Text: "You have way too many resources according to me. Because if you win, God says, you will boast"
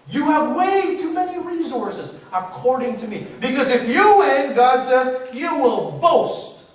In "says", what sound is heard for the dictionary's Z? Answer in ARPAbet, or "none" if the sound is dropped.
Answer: Z